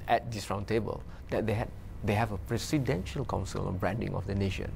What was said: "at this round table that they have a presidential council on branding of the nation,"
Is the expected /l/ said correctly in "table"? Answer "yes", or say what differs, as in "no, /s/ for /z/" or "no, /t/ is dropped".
yes